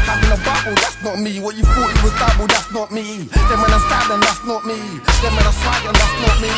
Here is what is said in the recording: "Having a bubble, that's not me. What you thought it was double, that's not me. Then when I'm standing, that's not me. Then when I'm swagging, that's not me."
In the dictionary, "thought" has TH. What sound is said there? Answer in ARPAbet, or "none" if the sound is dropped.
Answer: F